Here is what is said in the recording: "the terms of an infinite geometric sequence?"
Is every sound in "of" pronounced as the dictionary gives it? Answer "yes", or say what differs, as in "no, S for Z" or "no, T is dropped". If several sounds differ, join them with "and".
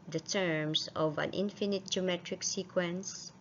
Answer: yes